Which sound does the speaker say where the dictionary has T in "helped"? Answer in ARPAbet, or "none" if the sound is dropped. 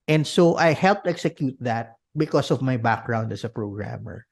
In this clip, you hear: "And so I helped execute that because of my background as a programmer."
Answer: T